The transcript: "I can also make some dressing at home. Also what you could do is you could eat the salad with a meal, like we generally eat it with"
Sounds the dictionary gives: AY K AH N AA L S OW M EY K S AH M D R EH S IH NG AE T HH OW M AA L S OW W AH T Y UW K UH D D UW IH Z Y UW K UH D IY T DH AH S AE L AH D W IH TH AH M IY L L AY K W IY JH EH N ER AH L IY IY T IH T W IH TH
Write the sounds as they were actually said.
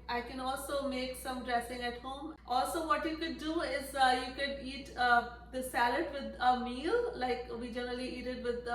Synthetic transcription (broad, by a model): AY K AH N AA L S OW M EY K S AH M D R EH S IH NG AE T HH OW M AA L S OW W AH T Y UW K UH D D UW IH Z Y UW K UH D IY T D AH S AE L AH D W IH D AH M IY L L AY K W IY JH EH N ER AH L IY IY T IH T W IH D